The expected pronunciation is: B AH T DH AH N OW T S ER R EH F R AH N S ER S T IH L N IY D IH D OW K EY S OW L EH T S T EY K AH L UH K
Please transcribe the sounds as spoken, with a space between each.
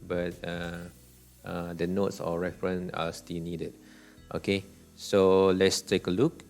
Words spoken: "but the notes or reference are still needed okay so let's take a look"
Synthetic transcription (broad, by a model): B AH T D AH N OW T S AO R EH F R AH N AA S T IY L N IY D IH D OW K EY S OW L EH T S T EY K AH L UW K